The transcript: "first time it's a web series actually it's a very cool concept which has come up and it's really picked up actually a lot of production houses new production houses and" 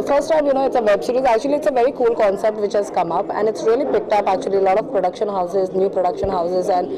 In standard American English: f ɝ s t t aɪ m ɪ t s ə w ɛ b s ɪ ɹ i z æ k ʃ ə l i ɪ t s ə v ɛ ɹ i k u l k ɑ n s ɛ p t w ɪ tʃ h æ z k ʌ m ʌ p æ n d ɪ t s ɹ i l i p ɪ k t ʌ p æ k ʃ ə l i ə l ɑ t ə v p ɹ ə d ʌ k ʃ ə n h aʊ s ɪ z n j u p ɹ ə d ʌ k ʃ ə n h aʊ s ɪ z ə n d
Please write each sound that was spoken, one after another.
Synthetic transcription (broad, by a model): f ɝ s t t aɪ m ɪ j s ə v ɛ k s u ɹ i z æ k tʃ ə l i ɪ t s ə v ɛ ɹ i k u l k ɑ n s ɛ p t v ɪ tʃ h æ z k ʌ m ʌ p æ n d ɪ t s ɹ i l i p ɪ k t ʌ p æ k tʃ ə l i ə l ɑ t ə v p ɹ ə d ʌ k ʃ ə n h aʊ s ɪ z n j u p ɹ ə d ʌ k ʃ ə n h aʊ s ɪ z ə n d